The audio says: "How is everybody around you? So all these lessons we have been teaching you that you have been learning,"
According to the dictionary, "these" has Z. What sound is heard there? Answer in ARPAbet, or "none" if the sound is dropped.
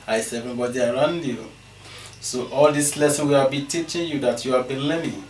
S